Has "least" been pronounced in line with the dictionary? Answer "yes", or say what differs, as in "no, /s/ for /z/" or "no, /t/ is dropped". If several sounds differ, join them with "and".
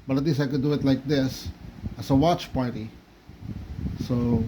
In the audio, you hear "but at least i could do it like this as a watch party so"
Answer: no, /t/ is dropped